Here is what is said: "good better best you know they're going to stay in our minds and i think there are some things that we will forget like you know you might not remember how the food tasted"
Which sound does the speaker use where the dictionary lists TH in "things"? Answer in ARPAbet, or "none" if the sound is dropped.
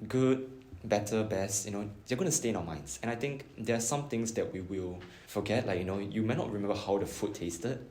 T